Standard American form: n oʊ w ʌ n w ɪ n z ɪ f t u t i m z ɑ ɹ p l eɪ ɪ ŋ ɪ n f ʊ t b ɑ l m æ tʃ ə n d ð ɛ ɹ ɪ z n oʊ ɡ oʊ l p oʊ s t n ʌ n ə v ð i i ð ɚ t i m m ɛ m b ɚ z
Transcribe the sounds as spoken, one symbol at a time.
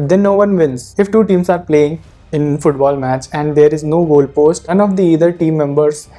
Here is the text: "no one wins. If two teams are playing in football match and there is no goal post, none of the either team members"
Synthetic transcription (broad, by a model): n oʊ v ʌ n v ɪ n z ɪ f t u t i m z ɑ ɹ p l eɪ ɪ ŋ ɪ n f ʊ t b ɑ l m æ tʃ ə n d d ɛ ɹ ɪ z n oʊ ɡ oʊ l p oʊ s t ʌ n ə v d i i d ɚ t i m m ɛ m b ɚ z